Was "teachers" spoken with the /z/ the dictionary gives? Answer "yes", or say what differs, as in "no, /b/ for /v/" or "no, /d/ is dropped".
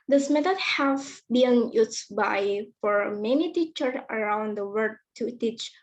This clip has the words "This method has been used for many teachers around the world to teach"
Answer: no, /z/ is dropped